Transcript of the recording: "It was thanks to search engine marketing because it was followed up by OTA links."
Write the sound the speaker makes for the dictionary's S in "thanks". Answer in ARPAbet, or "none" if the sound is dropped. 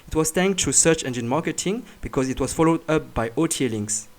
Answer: none